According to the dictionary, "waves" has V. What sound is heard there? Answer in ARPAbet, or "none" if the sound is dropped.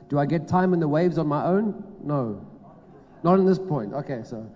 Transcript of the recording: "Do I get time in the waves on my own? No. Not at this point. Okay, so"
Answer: V